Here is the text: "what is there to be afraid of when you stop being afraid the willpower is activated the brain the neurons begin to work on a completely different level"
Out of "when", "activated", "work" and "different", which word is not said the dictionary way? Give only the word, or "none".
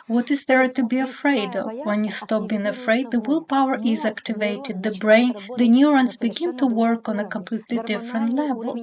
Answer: none